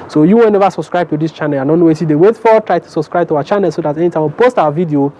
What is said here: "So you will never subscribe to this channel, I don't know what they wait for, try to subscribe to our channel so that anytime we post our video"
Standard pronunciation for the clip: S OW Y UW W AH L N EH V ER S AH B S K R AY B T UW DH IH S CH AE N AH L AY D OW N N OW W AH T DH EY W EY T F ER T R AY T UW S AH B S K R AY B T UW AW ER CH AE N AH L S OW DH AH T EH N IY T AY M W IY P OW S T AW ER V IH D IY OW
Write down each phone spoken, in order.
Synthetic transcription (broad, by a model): S OW Y UW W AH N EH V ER S AH B S K R AY B T UW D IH S CH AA N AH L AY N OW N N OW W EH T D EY W EY T F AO T R AY T UW S AH B S K R AY B T UW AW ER CH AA N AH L S OW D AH T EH N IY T AY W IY P OW S T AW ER V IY D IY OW